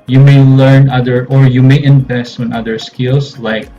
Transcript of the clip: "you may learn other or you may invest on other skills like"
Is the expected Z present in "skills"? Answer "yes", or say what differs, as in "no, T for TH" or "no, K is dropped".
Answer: no, S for Z